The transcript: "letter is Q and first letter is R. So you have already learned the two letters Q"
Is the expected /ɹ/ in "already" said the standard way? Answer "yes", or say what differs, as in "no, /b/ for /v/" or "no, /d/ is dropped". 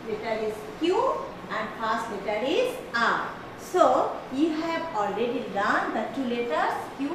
yes